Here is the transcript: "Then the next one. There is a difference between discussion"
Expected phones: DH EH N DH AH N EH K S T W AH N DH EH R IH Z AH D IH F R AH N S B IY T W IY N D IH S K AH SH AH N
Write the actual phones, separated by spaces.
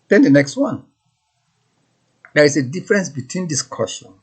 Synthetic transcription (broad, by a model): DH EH N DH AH N EH K S T W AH N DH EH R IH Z AH D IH F R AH N S B IY T W IY N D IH S K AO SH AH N